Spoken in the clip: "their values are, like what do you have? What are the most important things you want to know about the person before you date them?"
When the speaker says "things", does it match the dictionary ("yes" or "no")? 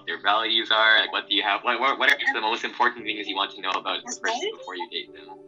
yes